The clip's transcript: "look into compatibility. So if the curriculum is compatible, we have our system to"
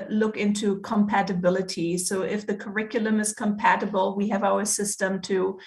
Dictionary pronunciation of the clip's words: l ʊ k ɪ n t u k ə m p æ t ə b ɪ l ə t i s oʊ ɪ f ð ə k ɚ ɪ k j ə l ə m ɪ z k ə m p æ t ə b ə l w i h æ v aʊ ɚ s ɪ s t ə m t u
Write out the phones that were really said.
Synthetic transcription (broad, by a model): l ʊ k ɪ n t u k ə m p æ t ə b ɪ l ə t i s oʊ ɪ f ð ə k ɚ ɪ k j l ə m ɪ z k ə m p æ t ə b ə l w i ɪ v aʊ ɚ s ɪ s t ə m t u